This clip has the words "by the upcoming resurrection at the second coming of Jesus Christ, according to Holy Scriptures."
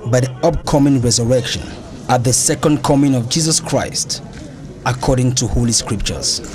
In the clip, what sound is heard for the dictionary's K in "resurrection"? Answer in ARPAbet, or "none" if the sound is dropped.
K